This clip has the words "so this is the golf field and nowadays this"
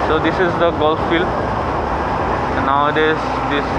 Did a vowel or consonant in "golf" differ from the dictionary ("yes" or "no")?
no